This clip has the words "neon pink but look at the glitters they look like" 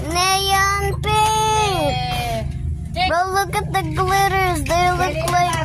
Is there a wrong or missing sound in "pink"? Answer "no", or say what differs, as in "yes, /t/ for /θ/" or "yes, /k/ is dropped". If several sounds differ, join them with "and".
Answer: yes, /ŋ/ is dropped